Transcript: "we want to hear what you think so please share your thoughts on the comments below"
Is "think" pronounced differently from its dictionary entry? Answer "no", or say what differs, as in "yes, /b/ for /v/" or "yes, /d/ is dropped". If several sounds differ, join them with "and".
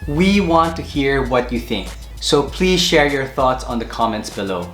no